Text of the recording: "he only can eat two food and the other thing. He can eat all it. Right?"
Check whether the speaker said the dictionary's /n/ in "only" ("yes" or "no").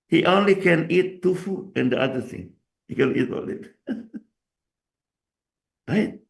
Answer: yes